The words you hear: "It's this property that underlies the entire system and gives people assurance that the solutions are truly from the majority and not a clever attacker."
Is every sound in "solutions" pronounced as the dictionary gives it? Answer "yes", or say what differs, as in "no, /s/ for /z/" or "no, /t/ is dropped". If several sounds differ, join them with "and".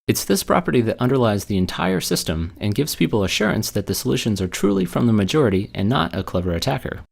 yes